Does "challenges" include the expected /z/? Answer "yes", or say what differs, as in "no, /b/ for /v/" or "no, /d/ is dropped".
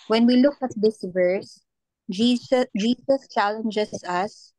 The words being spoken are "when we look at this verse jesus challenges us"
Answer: no, /s/ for /z/